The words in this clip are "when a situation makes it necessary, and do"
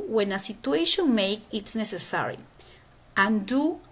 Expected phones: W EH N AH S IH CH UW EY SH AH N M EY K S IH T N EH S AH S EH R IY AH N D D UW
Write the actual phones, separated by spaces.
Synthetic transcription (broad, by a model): W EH N AH S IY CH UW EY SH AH N M EY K IH T N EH S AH S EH R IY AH N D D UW